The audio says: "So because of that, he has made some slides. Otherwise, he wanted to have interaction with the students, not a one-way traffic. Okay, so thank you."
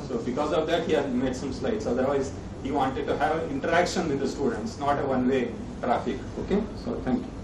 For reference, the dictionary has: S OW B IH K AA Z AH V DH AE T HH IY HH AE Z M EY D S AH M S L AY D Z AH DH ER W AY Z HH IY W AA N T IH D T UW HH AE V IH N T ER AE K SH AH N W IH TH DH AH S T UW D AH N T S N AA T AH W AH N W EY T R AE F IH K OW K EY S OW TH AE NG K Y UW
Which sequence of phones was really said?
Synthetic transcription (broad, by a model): S OW B IH K AA Z AH V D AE T HH IY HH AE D M EY D S AH M S L AY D S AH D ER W AY Z HH IY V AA N T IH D T UW HH AE V IH N T ER AE K SH AH N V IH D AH S T UW D AH N T S N AA T AH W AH N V EY T R AE F IH K OW K EY S OW T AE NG K Y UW